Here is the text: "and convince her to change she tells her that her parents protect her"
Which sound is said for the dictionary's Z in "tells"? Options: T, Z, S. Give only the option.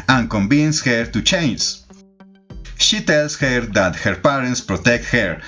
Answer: S